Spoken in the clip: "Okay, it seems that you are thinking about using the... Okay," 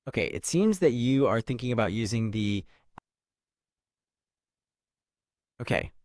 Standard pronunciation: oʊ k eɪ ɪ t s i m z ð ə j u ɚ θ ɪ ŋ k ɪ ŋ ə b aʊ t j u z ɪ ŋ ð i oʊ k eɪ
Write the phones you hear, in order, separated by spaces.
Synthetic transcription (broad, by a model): oʊ k eɪ ɪ t s i m z ð ə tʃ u ɚ θ ɪ ŋ k ɪ ŋ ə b aʊ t j u z ɪ ŋ ð i oʊ k eɪ